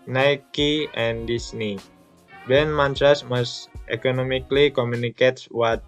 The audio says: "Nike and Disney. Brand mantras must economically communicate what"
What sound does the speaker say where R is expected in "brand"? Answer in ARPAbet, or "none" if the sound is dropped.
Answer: none